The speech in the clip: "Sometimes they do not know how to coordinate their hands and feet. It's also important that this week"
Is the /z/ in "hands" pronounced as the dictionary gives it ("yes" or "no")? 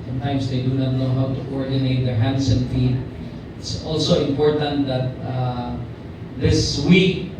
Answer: no